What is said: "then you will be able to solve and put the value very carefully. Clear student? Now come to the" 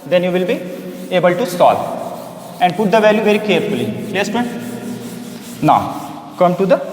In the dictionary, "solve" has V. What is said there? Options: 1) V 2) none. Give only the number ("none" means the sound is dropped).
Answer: 2